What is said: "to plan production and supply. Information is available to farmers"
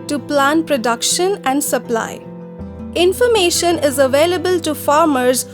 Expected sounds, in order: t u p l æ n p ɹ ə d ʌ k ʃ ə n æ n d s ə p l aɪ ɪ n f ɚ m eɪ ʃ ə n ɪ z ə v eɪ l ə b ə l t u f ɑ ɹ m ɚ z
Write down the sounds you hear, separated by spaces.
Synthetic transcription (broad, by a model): t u p l æ n p ɹ ə d ʌ k ʃ ə n æ n d s ə p l aɪ ɪ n f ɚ m eɪ ʃ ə n ɪ z ə v eɪ l ə b ə l t u f ɑ ɹ m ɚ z